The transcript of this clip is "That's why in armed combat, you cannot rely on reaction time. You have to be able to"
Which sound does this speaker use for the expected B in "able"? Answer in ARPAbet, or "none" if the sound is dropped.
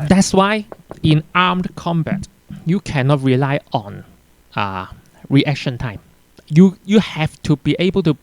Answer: B